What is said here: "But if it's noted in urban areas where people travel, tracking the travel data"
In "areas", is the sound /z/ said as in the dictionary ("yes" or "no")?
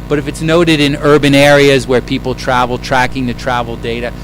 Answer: yes